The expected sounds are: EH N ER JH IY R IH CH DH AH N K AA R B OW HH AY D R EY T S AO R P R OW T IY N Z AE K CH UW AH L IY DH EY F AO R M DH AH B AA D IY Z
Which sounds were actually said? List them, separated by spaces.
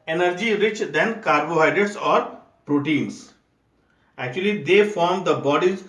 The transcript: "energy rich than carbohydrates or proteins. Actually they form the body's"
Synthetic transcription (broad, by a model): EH N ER JH IY R IH CH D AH N K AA R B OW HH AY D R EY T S AO R P R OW T IY N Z AE K CH UW AH L IY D EY F AO R M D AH B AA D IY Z